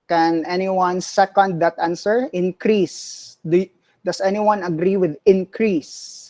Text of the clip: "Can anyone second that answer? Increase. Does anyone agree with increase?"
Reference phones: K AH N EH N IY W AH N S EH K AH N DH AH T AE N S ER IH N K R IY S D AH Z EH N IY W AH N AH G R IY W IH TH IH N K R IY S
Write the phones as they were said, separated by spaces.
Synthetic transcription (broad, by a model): K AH N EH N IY W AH N S EH K AH N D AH T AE N S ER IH N K R IY S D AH S EH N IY W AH N AH G R IY W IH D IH N K R IY S